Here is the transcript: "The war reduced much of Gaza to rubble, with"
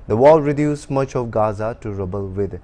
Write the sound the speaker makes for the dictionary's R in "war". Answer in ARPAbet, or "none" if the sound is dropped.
L